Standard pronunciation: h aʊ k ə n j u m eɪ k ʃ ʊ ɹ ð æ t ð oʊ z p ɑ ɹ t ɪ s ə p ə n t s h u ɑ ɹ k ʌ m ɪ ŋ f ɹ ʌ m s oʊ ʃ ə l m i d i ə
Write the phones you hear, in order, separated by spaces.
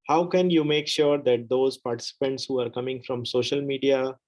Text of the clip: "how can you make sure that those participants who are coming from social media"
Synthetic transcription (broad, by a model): h aʊ k ə n j u m eɪ k ʃ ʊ ɹ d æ t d oʊ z p ɑ ɹ t ɪ s ə p ə n t s h u ɑ ɹ k ʌ m ɪ ŋ f ɹ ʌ m s oʊ ʃ ə l m i d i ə